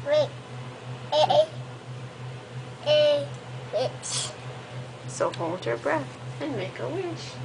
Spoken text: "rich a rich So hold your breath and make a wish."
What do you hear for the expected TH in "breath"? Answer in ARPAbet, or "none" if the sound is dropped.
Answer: TH